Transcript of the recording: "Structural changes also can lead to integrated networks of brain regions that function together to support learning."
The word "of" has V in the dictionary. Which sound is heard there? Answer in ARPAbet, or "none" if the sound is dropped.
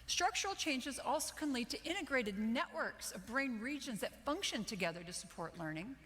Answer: V